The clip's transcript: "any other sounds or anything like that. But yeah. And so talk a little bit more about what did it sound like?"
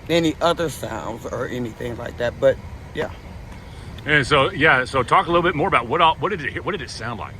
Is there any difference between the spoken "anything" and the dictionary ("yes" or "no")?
no